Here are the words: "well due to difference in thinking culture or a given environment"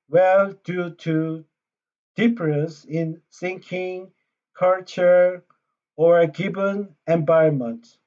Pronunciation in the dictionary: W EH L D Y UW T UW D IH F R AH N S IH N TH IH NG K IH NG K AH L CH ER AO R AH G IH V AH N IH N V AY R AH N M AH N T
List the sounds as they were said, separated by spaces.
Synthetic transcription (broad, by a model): W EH L D Y UW T UW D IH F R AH S IH N S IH NG K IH NG K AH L CH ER AO R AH G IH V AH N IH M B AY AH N M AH N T